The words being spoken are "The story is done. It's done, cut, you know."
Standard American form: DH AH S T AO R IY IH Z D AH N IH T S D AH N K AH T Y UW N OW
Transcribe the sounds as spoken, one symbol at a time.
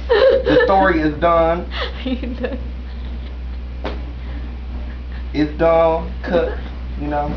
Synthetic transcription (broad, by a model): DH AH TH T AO R IY IH Z D AH N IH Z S D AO L K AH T Y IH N OW